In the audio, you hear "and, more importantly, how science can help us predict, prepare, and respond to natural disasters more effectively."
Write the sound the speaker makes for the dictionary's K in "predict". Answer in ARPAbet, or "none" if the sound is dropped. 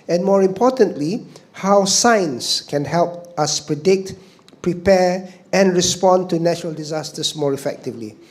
K